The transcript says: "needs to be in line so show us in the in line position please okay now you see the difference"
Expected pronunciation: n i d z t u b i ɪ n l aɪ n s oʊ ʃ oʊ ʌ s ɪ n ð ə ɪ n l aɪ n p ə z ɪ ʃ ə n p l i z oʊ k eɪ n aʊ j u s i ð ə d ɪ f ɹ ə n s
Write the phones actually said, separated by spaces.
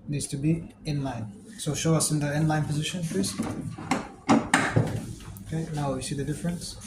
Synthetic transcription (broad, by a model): n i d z t u b i ɪ n l aɪ n s oʊ ʃ oʊ ʌ s ɪ n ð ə ɪ n l aɪ n p ə z ɪ ʃ ə n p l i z oʊ k eɪ n aʊ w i s i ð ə d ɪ f ɹ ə n s